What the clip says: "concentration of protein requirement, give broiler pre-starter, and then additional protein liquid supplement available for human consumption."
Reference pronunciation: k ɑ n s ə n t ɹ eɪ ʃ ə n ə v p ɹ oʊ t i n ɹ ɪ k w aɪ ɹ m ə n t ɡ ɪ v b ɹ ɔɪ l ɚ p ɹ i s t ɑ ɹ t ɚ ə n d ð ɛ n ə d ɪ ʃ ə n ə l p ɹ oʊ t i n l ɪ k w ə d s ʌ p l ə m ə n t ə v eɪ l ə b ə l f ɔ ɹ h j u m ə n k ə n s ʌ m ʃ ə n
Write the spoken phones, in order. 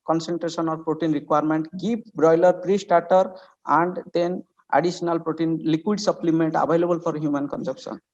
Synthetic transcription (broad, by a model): k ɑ n s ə n t ɹ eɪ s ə n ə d p ɹ oʊ t i n ɹ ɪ k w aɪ ɹ m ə n t ɡ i p b ɹ ɔɪ l ɚ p ɹ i s t ɑ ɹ t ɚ ə n d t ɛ n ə d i s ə n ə l p ɹ oʊ t i n l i k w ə d s ʌ p l ə m ə n t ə b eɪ l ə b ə l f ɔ ɹ h j u m ə n k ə n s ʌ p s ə n